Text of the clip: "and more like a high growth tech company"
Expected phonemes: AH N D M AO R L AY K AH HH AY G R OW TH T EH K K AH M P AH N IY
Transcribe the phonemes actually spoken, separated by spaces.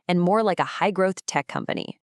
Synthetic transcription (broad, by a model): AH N M AO R L AY K AH HH AY G R OW TH T EH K K AH M P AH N IY